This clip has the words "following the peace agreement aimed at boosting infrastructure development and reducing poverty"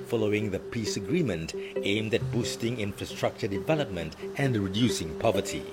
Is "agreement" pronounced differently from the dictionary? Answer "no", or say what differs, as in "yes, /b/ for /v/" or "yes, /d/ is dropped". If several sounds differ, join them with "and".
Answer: no